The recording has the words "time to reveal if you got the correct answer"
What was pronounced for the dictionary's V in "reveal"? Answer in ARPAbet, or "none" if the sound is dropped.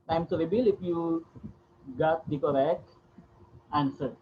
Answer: B